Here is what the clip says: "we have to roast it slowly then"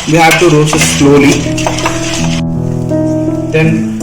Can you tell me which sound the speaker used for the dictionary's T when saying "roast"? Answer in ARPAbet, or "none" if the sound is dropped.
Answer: none